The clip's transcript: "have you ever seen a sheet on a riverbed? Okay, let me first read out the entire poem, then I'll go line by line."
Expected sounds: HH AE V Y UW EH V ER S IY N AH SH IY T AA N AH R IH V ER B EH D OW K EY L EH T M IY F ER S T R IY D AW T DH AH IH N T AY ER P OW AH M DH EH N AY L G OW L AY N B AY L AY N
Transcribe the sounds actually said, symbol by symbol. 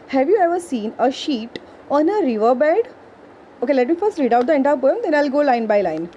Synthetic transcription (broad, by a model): HH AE V Y UW EH V ER S IY N AH SH IY T AA N AH R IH V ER B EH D OW K EY L EH T M IY F ER S T R IY D AW T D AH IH N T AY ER P OW AH M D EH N AY L G OW L AY N B AY L AY N